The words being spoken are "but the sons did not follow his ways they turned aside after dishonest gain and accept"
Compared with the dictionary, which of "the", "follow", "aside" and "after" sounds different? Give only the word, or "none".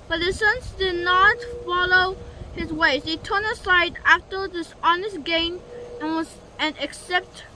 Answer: none